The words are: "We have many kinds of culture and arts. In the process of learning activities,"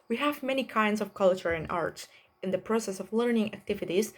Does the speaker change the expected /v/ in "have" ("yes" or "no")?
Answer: no